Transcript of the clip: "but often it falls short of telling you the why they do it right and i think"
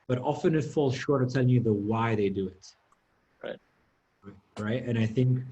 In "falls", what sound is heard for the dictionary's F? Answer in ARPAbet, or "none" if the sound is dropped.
F